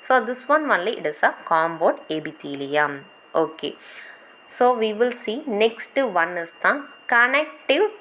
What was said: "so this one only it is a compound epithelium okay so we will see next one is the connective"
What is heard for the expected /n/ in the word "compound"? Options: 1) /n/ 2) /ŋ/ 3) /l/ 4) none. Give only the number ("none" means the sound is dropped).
4